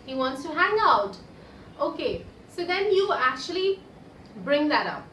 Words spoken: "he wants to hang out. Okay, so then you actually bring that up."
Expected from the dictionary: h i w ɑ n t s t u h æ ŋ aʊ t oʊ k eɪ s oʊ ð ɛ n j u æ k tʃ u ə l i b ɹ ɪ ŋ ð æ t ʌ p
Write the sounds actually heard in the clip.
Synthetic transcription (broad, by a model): h i w ɑ n t s t u h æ ŋ aʊ t oʊ k eɪ s oʊ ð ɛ n j u æ k tʃ u ə l i b ɹ ɪ ŋ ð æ t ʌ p